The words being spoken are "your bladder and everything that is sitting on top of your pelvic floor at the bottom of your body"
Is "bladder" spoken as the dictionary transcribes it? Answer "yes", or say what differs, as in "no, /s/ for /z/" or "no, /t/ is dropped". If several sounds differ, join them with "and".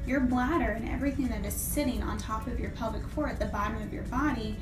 yes